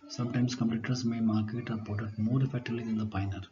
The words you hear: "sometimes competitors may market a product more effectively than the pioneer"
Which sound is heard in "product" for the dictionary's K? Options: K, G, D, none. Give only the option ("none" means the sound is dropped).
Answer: none